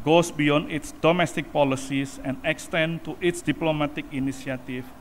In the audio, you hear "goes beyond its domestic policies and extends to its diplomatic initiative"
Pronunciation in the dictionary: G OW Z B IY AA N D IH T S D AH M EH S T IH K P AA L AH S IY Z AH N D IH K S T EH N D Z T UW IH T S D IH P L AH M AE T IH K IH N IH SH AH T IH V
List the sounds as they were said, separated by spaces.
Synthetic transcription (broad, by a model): G OW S B IY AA N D IH T S D AH M EH S T IH K P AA L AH S IY S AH N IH K S T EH N T UW IH T S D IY P L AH M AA T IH K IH N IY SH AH T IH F